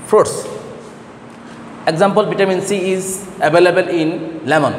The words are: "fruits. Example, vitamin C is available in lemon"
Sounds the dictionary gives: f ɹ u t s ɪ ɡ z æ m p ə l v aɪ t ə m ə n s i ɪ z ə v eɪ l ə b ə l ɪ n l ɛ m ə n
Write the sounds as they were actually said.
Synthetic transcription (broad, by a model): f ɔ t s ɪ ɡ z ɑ m p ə l b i t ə m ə n s i ɪ z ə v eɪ l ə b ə l ɪ n l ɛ m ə n